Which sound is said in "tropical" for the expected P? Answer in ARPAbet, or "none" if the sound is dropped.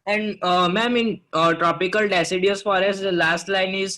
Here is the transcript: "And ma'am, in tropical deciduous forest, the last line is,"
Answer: P